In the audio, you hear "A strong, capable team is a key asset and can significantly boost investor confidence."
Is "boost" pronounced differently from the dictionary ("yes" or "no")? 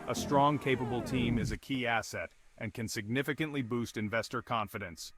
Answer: no